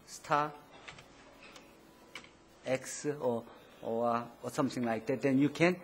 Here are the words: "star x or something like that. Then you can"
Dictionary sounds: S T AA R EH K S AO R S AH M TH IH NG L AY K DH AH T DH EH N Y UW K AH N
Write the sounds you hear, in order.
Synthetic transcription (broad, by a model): S T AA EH K S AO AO S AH M T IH NG L AY K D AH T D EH N Y UW K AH N